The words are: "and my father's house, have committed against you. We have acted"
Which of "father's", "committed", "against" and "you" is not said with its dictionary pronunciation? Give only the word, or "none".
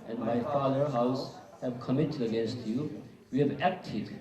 father's